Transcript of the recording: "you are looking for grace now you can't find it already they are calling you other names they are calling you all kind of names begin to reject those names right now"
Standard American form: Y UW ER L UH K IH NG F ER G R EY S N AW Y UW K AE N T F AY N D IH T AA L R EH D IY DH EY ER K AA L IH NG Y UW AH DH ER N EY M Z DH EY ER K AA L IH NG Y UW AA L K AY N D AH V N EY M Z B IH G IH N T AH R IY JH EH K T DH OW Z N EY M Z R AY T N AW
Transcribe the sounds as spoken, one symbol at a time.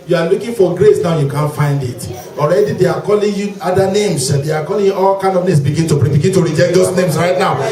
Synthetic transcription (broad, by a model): Y UW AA L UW K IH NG F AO G R EY S N AW Y UW K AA N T F AY N D IH T AA L R EH D IY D EY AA K AA L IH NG Y UW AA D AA N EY M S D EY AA K AA L IH NG Y UW AA L K AY N D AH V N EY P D B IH G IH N T AH R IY JH EH K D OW S N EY M S R AY T N AW